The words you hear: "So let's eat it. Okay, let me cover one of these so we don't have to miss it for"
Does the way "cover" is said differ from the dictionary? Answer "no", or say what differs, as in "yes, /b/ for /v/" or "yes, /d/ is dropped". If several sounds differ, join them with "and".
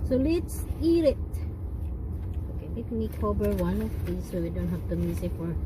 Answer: yes, /b/ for /v/